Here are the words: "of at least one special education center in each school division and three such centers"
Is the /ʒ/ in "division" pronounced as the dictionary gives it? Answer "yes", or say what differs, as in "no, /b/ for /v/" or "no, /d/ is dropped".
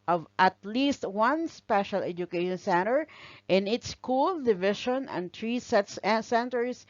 no, /ʃ/ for /ʒ/